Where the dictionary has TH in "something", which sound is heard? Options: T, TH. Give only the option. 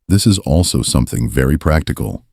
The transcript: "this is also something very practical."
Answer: TH